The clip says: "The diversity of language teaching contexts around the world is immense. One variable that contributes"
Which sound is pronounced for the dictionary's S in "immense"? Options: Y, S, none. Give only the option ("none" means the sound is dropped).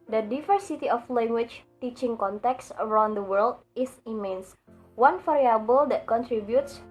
S